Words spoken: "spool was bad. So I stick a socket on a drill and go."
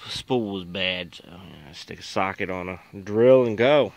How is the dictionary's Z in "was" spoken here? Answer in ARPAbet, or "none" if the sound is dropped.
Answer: Z